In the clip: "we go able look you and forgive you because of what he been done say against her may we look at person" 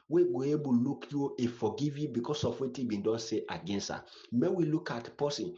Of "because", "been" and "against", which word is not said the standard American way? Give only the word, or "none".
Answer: because